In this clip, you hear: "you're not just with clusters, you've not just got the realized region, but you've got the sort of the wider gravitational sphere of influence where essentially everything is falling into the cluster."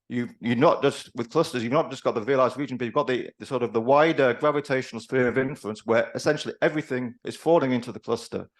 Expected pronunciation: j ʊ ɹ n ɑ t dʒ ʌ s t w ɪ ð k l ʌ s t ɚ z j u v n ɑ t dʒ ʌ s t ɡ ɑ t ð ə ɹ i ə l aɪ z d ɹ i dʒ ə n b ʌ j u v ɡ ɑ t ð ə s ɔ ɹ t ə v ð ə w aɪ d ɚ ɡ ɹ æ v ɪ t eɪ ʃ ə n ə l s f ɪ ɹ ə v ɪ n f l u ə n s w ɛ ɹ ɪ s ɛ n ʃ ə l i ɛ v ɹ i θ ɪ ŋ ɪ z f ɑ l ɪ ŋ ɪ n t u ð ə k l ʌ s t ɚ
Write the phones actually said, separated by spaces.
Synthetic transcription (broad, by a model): j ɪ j n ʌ t dʒ ʌ s t w ɪ ð k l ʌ s t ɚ z j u v n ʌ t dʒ ʌ s ɡ ɑ t ð ə ɹ i ə l aɪ z d ɹ i dʒ ə n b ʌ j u v ɡ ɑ t ð ə s ɔ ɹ t ə v ð ə w aɪ d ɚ ɡ ɹ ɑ v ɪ t eɪ ʃ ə n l s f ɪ ɹ ə v ɪ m f l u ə n s w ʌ ɹ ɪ s ɛ n ʃ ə l i ɛ v ɹ i θ ɪ ŋ ɪ z f ɑ l ɪ ŋ ɪ n t u ð ə k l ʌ s t ɚ